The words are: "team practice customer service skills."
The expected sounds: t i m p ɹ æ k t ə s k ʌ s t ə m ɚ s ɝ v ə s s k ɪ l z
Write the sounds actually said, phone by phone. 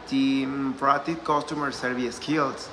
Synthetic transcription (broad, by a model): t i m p ɹ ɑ t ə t k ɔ s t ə m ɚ s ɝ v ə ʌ s k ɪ l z